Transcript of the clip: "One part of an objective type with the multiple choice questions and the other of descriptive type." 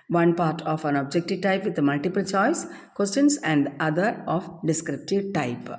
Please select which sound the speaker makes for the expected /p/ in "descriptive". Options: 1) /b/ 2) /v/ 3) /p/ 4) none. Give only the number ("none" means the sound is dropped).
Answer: 3